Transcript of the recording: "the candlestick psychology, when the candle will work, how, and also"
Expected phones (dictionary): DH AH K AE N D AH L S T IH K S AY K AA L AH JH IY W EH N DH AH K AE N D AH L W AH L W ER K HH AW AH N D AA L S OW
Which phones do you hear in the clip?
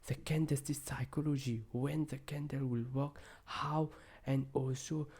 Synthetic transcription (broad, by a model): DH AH K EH N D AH S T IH S AY K AA L AH JH IY W EH N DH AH K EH N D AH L W AH L W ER K HH AW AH N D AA L S OW